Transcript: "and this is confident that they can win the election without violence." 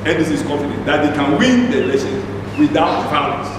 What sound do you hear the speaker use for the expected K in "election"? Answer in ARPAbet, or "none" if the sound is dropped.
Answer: none